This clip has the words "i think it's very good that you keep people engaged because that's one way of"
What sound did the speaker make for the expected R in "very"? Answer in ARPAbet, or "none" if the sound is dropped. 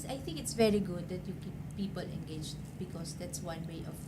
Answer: R